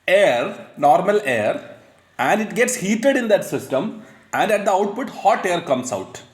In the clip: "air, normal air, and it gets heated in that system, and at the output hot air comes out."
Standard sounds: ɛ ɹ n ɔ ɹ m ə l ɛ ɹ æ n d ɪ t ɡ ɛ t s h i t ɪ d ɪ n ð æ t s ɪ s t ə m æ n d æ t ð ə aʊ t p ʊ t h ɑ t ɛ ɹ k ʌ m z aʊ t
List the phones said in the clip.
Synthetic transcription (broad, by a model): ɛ ɹ n ɔ ɹ m ə l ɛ ɹ æ n d ɪ t ɡ ɛ t s h i t ɪ d ɪ n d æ t s ɪ s t ə m æ n d æ t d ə aʊ t p ʊ t h ɑ t ɛ ɹ k ʌ m s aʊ t